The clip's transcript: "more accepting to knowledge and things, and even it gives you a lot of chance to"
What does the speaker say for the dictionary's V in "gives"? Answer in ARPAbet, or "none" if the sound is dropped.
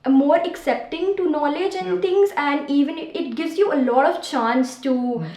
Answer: V